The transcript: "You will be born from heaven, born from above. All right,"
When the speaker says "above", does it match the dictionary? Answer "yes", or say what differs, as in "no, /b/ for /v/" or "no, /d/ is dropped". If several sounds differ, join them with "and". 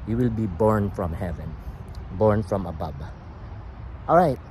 no, /b/ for /v/